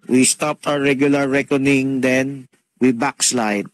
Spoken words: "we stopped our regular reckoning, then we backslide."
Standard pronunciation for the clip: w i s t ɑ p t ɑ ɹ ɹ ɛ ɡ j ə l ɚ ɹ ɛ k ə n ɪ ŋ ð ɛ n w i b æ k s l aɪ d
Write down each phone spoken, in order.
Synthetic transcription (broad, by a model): w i s t ɑ p t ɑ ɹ ɹ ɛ ɡ j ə l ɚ ɹ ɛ k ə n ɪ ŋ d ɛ n w i b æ k s l aɪ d